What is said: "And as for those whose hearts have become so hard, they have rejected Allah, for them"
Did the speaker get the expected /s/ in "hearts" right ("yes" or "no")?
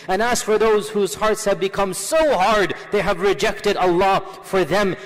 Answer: yes